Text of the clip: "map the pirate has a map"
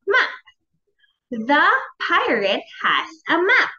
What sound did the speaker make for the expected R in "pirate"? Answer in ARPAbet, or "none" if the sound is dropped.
R